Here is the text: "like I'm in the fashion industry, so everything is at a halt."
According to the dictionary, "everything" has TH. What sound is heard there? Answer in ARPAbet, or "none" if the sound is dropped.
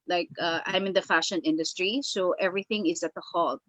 TH